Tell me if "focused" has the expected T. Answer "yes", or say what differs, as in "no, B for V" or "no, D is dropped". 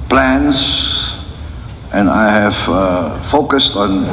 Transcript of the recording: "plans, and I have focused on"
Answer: yes